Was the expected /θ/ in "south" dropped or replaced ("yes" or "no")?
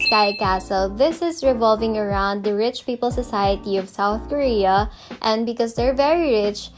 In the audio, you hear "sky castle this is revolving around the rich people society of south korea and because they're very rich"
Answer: no